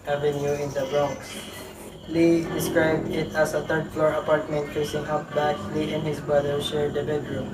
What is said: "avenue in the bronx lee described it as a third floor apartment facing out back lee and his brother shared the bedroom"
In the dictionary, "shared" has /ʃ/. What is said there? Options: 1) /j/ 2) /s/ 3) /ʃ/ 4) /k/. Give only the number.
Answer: 2